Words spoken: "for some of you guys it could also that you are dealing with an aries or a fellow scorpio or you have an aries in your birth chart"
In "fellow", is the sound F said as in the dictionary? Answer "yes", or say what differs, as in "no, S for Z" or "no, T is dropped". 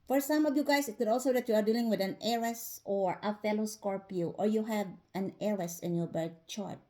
yes